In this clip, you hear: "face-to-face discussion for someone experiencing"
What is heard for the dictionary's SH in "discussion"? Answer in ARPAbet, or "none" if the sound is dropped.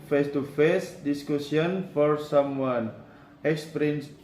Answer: S